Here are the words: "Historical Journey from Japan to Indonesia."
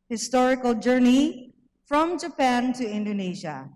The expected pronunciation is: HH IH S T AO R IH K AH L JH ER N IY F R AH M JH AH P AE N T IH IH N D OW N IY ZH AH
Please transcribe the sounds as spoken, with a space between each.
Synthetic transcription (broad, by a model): HH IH S T AO R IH K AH L JH ER N IY F R AH M JH AH P AE N T IH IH N D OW N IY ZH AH